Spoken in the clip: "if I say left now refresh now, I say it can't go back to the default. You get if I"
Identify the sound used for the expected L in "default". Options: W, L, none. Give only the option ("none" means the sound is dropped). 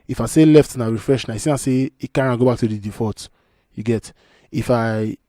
none